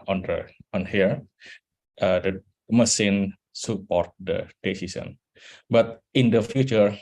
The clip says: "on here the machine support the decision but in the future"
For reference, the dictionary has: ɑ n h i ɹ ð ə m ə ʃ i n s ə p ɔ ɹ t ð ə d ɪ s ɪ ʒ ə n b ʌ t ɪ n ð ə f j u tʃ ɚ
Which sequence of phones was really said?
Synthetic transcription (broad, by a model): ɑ n h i ɹ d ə m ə s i n s ə p ɔ ɹ t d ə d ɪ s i s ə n b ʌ t ɪ n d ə f j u tʃ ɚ